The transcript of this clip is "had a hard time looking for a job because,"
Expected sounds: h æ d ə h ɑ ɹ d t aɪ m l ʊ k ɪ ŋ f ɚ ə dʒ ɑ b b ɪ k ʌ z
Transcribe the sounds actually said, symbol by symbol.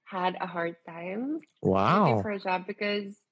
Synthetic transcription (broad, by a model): h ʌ d ə h ɑ ɹ d t aɪ m w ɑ ɪ f ɚ ə dʒ ɑ b b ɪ k ʌ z